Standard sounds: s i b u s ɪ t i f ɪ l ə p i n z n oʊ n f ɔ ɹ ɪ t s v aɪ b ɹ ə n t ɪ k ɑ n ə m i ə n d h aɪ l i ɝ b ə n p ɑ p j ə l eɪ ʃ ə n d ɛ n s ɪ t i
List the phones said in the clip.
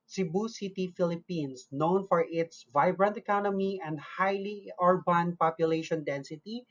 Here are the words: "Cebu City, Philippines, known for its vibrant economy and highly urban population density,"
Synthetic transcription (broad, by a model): s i b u s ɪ t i f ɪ l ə p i n s n oʊ n f ɔ ɹ ɪ t s v aɪ b ɹ ə n t ɪ k ɑ n ə m i ə n d h aɪ l i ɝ b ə n p ɑ p j ə l eɪ ʃ ə n d ɛ n s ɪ t i